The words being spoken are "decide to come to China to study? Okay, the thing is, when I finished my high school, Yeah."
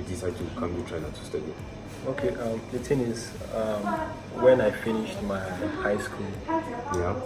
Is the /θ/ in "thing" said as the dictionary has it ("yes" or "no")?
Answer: no